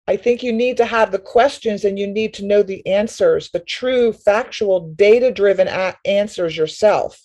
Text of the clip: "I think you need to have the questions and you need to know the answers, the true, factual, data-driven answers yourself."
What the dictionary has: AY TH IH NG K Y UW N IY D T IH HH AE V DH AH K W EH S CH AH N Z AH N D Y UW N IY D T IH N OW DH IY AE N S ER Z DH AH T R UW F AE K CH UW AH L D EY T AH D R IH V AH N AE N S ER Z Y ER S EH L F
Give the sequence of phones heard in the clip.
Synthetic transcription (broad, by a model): AY TH IH NG K Y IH N IY D T IH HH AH V DH AH K W EH S CH AH N Z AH N Y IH N IY D T IH N OW DH IY AE N S ER Z DH AH T R UW F AE K CH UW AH L D EY T AH D R IH V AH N AE N S ER Z Y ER S EH L F